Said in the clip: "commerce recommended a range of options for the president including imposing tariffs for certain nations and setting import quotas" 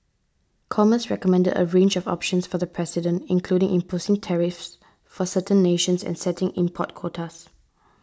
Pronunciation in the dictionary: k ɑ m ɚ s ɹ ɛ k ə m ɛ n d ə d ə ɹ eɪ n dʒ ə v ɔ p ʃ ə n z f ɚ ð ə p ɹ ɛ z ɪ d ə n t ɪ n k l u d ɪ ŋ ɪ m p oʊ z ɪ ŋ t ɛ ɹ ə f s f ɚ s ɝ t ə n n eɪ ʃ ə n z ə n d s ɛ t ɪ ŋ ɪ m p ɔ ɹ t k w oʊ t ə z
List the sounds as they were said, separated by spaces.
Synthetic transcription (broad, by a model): k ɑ m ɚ s ɹ ɛ k ə m ɛ n d ə d ə ɹ eɪ n dʒ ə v ɔ p ʃ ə n s f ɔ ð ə p ɹ ɛ s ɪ d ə n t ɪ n k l u d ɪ ŋ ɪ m p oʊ s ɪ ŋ t ɛ ɹ ə f s f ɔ s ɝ t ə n n eɪ ʃ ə n s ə n s ɛ t ɪ ŋ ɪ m p ɔ t k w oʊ t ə s